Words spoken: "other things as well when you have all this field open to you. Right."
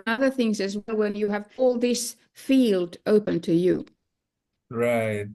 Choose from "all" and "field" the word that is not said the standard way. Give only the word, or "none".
none